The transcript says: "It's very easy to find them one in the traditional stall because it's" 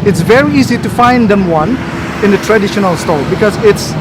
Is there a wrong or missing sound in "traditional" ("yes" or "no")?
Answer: no